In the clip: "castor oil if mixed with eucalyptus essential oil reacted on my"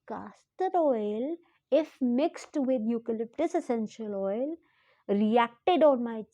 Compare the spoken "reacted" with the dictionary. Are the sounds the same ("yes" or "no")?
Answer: yes